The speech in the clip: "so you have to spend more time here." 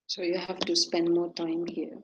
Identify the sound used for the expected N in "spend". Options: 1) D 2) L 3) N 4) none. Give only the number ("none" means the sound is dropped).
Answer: 3